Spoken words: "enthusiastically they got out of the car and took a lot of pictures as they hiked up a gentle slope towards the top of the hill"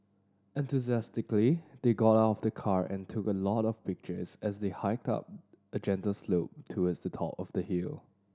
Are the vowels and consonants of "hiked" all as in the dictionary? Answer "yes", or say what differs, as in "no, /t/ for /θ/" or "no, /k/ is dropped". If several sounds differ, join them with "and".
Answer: yes